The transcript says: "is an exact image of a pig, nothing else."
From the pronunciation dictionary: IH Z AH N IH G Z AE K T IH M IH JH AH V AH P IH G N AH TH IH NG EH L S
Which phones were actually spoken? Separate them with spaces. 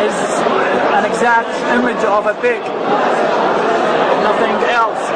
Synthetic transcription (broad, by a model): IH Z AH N IH G Z AE K T IH M IH JH AH V AH B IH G N AH TH IH NG EH L S